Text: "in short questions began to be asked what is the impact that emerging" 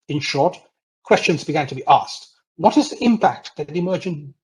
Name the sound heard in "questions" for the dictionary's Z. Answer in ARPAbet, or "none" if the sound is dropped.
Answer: Z